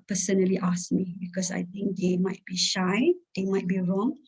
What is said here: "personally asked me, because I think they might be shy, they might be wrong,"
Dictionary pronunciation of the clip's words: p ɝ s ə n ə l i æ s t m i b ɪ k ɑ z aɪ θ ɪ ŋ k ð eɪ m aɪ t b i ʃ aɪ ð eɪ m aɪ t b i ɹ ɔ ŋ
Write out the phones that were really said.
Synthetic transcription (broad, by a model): p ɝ s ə n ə l i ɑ s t m i b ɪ k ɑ s aɪ t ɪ ŋ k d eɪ m aɪ t b i ʃ aɪ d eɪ m aɪ t b i ɹ ɔ ŋ